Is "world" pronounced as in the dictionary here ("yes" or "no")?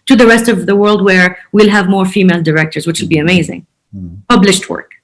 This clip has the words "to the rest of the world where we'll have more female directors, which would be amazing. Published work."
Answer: yes